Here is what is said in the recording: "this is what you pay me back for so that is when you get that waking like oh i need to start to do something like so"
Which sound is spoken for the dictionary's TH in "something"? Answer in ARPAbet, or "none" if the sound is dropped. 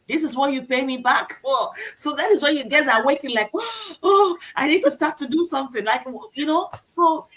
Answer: TH